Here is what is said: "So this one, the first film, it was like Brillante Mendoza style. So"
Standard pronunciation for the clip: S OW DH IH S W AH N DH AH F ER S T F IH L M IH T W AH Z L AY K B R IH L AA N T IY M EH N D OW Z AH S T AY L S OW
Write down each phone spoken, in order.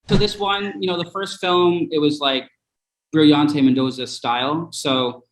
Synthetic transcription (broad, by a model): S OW DH IH S W AH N DH AH F ER S T F IH L M IH T W AH Z L AY K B R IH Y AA N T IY M EH N D OW Z AH S T AY L S OW